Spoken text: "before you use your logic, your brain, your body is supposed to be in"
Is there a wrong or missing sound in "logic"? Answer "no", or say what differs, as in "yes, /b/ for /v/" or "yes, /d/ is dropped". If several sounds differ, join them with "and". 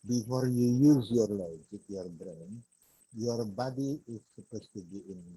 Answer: yes, /z/ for /dʒ/